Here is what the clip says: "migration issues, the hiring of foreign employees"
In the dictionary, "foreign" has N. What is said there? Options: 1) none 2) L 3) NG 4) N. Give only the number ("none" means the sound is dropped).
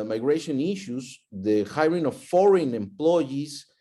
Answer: 4